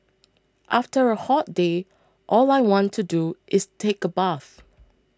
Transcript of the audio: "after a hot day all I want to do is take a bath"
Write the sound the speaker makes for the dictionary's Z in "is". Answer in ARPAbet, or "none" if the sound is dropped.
S